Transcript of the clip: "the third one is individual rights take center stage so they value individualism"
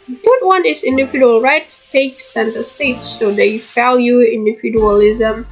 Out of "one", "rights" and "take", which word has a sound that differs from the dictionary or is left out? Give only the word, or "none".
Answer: none